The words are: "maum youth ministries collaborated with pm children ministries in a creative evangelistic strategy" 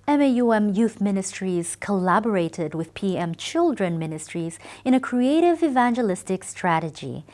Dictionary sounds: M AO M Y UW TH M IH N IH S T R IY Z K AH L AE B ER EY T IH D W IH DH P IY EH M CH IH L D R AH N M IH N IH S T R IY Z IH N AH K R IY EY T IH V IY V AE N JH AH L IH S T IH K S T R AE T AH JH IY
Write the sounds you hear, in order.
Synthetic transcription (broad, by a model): M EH M Y UW TH M IH N IH S T R IY Z K AH L AE B ER EY T IH D W IH DH P IY EH M CH IH L D R AH N M IH N IH S T R IY Z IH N AH K R IY EY T IH V IY V AE N JH AH L IH S T IH K S T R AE T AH JH IY